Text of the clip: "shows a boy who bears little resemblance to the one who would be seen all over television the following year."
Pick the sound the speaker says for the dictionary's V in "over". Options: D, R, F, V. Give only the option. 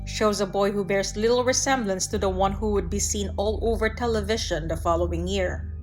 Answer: V